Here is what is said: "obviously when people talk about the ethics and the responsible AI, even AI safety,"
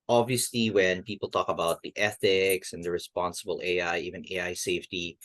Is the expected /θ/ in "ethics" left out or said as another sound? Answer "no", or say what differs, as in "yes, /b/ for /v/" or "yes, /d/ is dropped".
no